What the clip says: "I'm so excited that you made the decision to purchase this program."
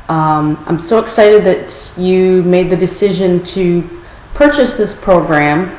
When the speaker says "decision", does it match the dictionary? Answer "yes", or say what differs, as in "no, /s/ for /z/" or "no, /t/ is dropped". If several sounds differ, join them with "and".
yes